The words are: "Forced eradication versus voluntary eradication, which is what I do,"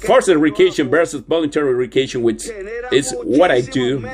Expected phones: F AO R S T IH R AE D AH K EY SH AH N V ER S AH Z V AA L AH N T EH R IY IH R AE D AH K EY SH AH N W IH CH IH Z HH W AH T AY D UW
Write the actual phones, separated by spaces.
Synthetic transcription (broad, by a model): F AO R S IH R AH K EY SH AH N B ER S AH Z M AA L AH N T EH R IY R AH K EY SH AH N W IH CH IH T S W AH T AY D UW